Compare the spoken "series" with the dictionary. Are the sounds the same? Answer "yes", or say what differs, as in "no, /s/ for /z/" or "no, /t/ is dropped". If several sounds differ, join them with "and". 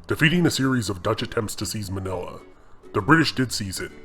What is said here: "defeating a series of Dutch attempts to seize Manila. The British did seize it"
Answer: yes